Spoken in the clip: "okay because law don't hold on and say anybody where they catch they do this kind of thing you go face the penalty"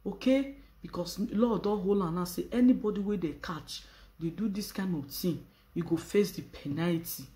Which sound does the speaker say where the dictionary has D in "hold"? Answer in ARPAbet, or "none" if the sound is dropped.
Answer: none